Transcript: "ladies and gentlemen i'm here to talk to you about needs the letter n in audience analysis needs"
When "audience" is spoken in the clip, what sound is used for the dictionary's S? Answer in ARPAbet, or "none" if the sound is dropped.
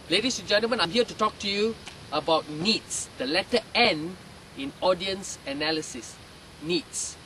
S